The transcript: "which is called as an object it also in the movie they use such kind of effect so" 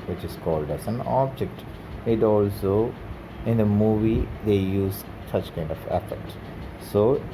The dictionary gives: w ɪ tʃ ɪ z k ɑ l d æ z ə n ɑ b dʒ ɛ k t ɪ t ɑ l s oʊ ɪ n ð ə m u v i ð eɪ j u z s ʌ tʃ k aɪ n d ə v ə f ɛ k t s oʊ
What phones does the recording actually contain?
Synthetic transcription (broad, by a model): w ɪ tʃ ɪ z k ɑ l d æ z ə n ɑ b dʒ ɛ k t ɪ t ɑ l s oʊ ɪ n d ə m u v i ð eɪ j u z s ʌ tʃ k aɪ n d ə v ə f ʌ t s oʊ